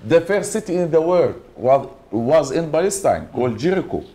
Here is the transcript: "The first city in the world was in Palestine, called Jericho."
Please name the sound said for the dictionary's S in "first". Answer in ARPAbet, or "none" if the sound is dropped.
none